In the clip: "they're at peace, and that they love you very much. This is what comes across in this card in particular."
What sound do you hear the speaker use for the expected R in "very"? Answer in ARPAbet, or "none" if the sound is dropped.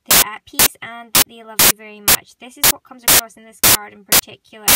R